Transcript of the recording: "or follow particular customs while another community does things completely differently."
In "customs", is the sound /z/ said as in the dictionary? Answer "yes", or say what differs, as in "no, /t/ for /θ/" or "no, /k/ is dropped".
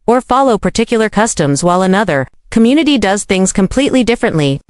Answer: yes